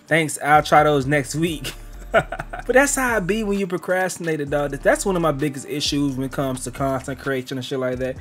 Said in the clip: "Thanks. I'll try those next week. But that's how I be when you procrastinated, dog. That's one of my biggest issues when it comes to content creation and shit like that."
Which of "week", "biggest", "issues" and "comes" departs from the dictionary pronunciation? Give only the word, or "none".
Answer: none